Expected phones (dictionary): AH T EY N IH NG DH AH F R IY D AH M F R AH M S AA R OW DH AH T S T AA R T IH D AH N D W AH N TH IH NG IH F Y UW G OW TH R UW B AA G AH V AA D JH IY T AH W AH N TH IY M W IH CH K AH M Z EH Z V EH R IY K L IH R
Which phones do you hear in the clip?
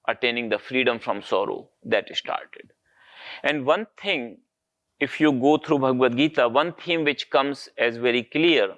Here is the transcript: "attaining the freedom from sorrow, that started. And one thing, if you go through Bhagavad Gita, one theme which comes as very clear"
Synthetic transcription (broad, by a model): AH T EY N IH NG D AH F R IY D AH M F R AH M S AA R OW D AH T S T AA R T IH D AH N D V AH N T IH NG IH F Y UW G OW T R UW B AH G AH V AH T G IY T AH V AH N T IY M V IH CH K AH M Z EH Z V EH R IY K L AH R